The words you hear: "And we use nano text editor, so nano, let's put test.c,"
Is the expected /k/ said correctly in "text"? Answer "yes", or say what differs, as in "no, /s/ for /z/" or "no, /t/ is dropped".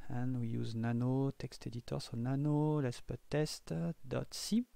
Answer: yes